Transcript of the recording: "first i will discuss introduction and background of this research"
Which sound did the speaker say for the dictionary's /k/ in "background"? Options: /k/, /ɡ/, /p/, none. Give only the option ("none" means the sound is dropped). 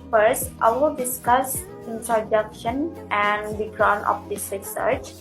none